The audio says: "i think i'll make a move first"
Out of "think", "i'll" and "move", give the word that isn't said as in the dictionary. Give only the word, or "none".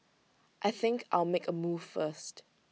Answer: none